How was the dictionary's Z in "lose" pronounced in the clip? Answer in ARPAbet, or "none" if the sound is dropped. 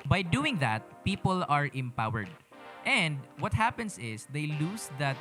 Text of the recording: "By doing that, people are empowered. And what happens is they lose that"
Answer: S